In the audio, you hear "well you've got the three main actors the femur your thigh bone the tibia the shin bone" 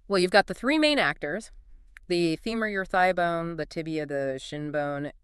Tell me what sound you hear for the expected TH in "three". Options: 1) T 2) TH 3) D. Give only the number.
2